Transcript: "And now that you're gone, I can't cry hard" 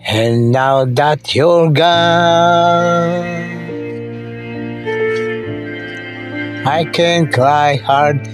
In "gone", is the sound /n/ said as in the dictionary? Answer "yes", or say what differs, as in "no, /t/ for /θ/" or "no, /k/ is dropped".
no, /n/ is dropped